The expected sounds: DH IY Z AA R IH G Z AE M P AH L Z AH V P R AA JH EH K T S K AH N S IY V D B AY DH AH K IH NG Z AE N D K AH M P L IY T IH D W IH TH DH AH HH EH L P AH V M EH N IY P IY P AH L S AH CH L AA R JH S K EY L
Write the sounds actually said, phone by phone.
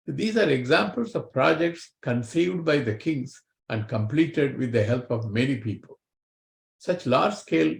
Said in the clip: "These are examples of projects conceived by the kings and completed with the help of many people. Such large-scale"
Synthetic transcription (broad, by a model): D IY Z AA R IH G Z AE M P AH L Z AH V P R AA JH EH K T S K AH N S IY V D B AY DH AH K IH NG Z AE N D K AH M P L IY T IH D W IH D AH HH EH L P AH V M EH N IY P IY P AH L S AH CH L AA R JH S K EY L